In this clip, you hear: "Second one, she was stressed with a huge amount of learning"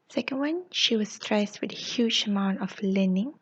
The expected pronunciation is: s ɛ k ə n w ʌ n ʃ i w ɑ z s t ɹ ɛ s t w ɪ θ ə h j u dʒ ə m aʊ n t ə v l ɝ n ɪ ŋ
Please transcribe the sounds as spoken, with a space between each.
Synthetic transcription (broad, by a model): s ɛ k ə n w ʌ n ʃ i w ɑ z s t ɹ ɛ s t w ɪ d ə h j u dʒ ə m aʊ n t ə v l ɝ n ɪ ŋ